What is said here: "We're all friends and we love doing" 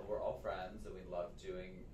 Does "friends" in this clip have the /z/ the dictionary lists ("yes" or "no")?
yes